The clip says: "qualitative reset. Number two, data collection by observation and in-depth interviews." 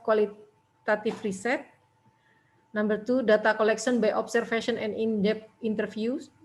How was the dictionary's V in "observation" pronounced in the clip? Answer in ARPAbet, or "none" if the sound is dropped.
F